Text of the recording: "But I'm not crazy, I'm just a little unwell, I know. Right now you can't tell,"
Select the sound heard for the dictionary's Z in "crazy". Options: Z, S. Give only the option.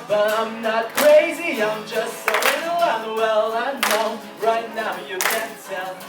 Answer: Z